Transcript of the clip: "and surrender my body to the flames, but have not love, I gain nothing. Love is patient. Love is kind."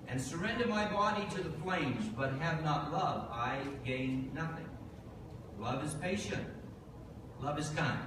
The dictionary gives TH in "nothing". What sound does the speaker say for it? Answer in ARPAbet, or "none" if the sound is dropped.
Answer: TH